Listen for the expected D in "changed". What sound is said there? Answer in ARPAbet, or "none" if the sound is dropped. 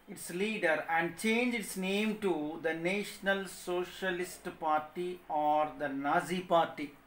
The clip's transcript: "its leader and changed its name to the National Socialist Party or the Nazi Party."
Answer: none